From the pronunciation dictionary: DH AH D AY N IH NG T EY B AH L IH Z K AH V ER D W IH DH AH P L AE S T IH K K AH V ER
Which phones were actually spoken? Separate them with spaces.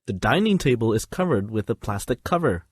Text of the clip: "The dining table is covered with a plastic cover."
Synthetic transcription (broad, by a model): DH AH D AY N IH NG T EY B AH L IH Z K AH V ER D W IH DH AH P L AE S T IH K K AH V ER